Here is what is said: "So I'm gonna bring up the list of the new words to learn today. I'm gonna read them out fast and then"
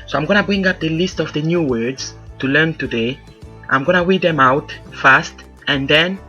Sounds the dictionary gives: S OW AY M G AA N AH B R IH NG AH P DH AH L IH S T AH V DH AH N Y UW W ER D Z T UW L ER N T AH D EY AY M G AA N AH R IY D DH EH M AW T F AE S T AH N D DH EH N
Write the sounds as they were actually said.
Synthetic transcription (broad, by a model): S OW AY M G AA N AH B R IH NG AH P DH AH L IH S T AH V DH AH N Y UW W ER D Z T UW L ER N T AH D EY AY M G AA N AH W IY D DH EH M AW T F AE S T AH N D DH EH N